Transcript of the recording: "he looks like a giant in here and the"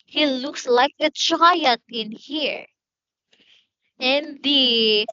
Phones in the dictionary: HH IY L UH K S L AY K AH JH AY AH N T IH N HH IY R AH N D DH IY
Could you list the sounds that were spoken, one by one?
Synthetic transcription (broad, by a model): HH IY L UH K S L AY K AH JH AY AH T IH N HH IY R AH N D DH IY